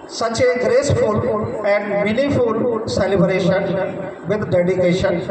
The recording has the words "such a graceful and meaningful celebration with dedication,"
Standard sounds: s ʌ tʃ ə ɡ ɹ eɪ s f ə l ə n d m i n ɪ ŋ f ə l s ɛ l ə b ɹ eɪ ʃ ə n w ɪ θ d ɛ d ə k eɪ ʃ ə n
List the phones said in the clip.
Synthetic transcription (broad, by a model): s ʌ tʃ ə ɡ ɹ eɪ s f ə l ə n d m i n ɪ f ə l s ɛ l ə b ɹ eɪ ʃ ə n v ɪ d d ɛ d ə k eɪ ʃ ə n